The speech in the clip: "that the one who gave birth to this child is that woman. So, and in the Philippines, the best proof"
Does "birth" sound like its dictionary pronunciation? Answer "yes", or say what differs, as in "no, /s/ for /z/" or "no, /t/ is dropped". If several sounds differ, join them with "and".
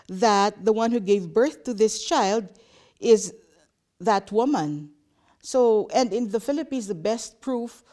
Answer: yes